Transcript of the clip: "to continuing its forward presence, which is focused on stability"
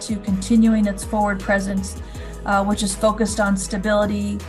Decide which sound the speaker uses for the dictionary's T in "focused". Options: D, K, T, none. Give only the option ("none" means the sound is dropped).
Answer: T